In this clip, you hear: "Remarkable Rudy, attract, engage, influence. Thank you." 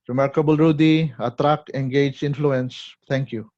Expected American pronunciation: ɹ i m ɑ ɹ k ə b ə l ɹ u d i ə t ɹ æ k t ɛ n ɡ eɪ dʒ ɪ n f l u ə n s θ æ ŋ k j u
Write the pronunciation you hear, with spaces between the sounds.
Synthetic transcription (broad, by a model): ɹ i m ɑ ɹ k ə b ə l ɹ u d i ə t ɹ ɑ k ɛ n ɡ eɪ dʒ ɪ n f l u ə n s t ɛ ŋ k j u